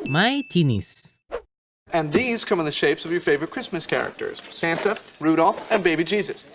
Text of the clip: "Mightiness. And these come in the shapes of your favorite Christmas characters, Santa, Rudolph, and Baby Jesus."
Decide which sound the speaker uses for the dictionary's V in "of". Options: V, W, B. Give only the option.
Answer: V